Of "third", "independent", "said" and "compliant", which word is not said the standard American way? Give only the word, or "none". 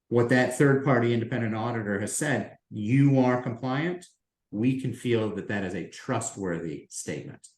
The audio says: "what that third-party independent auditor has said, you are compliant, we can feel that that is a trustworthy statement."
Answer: none